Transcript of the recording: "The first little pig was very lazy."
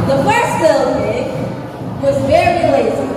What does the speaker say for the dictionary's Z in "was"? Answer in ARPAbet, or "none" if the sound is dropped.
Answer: Z